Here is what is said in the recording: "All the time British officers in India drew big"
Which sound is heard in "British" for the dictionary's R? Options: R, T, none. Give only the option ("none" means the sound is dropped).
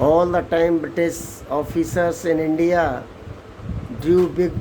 none